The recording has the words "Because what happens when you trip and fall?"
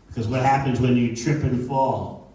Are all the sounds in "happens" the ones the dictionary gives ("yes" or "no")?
yes